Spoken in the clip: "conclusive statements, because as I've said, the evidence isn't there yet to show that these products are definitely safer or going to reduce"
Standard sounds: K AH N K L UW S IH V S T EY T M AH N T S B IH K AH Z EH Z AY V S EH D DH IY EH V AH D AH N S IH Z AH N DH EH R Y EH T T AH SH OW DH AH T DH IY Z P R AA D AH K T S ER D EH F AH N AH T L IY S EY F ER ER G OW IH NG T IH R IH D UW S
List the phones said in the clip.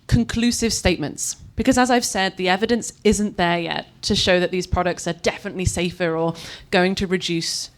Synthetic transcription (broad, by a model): K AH N K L UW S IH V S T EY T M AH N T S B IH K AH Z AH Z AY V S EH D DH IY EH V AH D AH N S IH Z AH N DH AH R Y EH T T AH SH OW DH AH T DH IY Z P R AA D AH K T S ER D EH F AH N AH T L IY S EY F ER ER G OW IH NG T IH R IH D UW S